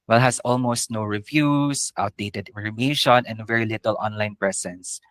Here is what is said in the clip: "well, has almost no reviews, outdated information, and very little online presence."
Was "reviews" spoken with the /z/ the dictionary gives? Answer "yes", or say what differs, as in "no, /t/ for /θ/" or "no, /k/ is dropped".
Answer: no, /s/ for /z/